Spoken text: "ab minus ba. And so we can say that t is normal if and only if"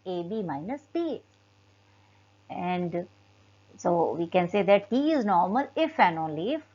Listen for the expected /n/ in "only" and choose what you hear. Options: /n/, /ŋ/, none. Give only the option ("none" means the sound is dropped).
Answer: /n/